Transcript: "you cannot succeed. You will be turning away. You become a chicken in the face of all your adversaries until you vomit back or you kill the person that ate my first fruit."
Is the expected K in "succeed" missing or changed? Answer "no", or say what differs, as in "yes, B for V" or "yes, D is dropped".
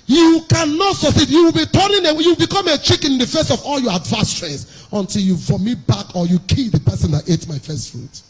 yes, K is dropped